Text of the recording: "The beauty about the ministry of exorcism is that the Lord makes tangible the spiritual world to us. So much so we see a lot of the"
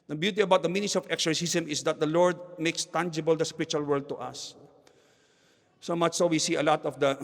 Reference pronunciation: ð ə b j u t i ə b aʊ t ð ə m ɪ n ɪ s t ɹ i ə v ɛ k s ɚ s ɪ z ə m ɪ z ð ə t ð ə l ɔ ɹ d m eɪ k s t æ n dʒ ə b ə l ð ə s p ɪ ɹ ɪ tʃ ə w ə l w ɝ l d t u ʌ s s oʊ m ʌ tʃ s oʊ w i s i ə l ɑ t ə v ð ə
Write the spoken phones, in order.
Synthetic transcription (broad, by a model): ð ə b j u t i ə b aʊ t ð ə m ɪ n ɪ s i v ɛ k s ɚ s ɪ s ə m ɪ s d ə t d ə l ɔ ɹ d m eɪ k s t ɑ n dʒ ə b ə l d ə s p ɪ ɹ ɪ tʃ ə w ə l w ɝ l d t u ʌ s s oʊ m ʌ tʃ s oʊ w i s i ə l ɑ t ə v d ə